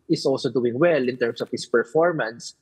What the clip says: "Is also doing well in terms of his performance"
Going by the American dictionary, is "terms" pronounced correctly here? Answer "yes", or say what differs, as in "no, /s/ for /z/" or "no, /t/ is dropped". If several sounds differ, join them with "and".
no, /s/ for /z/